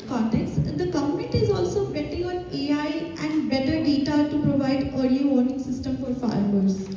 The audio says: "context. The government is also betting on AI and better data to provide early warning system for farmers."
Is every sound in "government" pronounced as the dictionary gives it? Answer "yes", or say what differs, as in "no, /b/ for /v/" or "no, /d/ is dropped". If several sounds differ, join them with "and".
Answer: no, /n/ is dropped